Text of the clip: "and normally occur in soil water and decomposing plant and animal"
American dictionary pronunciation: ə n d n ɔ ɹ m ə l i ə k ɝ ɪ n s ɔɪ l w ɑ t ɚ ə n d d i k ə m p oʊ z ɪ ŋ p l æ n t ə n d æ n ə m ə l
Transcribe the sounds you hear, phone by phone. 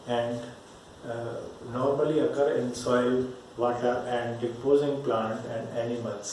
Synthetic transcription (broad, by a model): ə n d n ɔ ɹ m ə l i ə k ɝ ɪ n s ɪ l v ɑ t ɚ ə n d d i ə p oʊ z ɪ ŋ p l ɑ n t ə n d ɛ n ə m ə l